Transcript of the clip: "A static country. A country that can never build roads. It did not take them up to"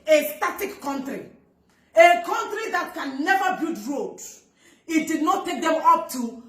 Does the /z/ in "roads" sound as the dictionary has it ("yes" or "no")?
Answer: no